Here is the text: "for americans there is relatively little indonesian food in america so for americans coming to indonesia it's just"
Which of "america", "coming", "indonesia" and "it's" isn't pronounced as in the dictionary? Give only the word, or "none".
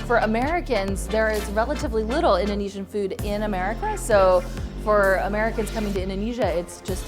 none